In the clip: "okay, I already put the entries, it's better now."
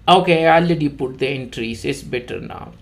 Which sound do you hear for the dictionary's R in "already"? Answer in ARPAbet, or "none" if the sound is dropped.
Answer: none